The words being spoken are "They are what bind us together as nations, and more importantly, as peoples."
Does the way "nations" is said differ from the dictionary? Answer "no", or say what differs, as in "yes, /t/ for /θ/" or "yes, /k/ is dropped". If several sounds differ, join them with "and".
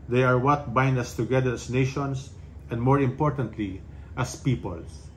yes, /s/ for /z/